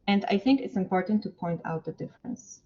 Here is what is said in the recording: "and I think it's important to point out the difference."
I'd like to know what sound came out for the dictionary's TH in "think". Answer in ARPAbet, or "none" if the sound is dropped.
TH